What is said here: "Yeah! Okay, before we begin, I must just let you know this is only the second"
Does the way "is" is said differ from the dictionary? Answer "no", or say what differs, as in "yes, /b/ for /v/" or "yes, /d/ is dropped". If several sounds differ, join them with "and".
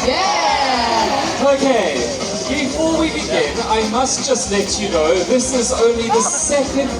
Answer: no